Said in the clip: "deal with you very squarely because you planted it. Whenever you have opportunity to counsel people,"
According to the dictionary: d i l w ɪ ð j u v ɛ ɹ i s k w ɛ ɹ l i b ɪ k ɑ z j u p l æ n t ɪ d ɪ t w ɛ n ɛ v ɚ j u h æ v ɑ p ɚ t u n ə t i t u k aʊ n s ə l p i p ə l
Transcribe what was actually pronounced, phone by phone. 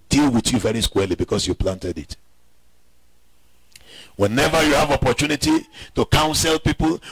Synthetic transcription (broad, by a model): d i l w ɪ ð j u v ɛ ɹ i s k w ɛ l i b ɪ k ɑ s j u p l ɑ n t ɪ d ɪ t w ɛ n ɛ v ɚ j u h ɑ v ɑ p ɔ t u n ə t i t u k aʊ n s ə l p i p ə l